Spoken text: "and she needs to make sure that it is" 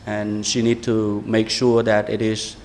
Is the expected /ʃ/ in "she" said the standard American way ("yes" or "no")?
yes